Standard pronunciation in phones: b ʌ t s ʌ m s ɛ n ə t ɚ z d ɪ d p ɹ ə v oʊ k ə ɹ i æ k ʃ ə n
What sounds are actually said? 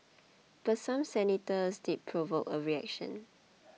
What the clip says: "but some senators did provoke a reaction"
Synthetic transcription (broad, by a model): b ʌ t s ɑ m s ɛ n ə t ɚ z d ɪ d p ɹ ə v oʊ k ə ɹ i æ k ʃ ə n